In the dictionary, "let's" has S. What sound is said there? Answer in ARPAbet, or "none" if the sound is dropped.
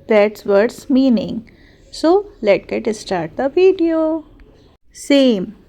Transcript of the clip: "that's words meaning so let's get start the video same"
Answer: none